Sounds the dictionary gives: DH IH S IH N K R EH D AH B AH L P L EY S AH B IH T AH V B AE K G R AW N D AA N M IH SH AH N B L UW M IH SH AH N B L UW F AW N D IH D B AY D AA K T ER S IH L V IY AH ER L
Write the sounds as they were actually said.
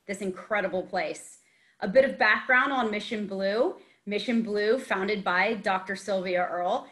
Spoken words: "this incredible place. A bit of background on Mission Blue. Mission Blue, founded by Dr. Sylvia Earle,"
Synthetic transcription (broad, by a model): DH IH S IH N K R EH D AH B L P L EY S AH B IH T AH V B AE K G R AW N D N M IH SH AH N B L UW M IH SH AH N B L UW F AW N D IH D B AY D AA K T ER S IH L V IY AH ER L